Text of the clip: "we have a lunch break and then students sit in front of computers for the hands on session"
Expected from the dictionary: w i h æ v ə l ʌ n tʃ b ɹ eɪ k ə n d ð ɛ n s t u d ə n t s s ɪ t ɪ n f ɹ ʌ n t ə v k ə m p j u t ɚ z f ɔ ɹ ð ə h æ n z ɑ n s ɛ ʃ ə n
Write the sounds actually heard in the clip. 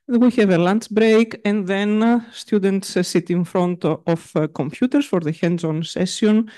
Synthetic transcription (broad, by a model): w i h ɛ v ə l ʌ n s b ɹ eɪ k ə n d ð ɛ n s t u d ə n t s s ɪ t ɪ n f ɹ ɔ n t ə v k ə m p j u t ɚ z f ɔ ɹ ð ə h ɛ n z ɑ n s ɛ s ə n